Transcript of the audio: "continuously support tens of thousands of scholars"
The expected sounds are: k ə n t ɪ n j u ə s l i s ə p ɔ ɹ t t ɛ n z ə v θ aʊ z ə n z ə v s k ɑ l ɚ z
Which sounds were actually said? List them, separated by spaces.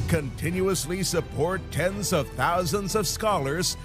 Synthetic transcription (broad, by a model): k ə n t ɪ n j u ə s l i s ə p ɔ ɹ t t ɛ n z ə v θ aʊ z ə n z ə v s k ɑ l ɚ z